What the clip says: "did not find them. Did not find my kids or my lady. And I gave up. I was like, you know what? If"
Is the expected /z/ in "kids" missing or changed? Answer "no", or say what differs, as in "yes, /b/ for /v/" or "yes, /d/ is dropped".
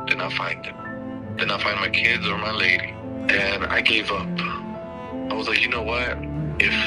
no